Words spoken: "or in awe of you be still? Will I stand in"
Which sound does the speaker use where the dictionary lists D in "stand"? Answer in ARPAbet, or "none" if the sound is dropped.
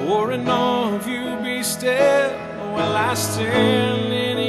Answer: none